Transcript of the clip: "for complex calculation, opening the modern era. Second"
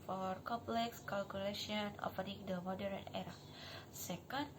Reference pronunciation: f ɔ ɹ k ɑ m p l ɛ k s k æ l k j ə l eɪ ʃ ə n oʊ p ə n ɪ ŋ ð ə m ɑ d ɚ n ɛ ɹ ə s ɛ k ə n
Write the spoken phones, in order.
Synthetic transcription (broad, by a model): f ɔ ɹ k ɑ m p l ɛ k s k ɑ l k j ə l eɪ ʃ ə n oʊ f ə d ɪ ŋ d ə m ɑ d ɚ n ɛ ɹ ə s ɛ k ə n